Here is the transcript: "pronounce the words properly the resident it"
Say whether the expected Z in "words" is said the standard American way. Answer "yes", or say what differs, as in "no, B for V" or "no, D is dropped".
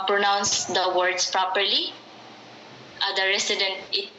no, S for Z